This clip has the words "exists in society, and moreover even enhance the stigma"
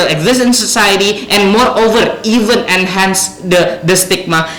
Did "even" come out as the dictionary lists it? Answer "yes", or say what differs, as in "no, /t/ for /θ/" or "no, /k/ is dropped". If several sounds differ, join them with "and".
yes